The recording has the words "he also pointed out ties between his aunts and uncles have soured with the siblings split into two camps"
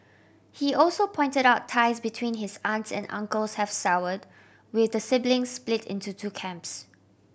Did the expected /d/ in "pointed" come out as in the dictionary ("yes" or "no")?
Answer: yes